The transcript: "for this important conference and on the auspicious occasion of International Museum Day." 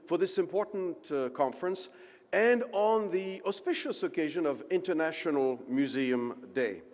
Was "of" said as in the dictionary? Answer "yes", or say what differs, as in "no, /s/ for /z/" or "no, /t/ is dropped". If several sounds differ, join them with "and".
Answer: yes